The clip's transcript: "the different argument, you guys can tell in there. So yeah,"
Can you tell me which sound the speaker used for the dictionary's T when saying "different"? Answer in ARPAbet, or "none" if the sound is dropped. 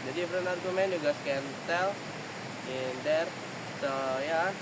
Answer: none